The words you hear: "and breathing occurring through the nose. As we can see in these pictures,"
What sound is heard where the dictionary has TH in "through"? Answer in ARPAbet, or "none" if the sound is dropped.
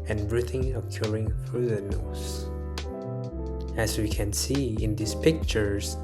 F